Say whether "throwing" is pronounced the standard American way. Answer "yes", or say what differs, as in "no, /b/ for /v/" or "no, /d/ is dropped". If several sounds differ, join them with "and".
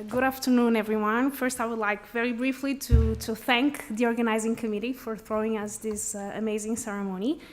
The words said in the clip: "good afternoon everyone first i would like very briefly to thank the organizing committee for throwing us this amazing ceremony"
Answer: yes